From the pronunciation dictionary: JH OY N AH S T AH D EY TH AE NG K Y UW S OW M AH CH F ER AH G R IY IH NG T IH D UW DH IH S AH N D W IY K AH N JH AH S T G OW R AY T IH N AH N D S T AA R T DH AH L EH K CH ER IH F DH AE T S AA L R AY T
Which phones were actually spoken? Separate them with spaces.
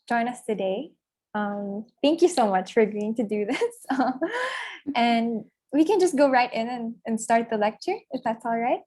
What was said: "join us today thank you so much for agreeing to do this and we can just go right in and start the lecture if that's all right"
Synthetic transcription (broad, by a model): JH OY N AH S T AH D EY TH AE NG K Y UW S OW M AH CH F ER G IY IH NG T IH D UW DH IH S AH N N W IY K AH N JH AH S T G OW R AY T IH N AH N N S T AA R T DH AH L EH K CH ER IH F DH AE T S AA L R AY T